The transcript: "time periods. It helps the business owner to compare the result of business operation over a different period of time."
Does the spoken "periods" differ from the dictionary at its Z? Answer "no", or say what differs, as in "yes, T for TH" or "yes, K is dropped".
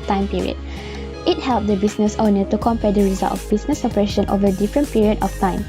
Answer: yes, Z is dropped